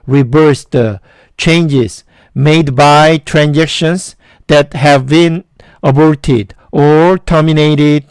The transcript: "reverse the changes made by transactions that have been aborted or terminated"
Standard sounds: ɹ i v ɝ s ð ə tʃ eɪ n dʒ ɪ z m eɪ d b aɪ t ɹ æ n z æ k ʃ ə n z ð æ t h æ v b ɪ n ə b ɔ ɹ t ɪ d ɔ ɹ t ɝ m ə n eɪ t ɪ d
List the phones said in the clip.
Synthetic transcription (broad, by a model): ɹ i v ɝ s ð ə tʃ eɪ n dʒ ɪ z m eɪ d b aɪ t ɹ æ n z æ k ʃ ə n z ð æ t h æ v b ɪ n ə b ɔ ɹ t ɪ d ɔ ɹ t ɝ m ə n eɪ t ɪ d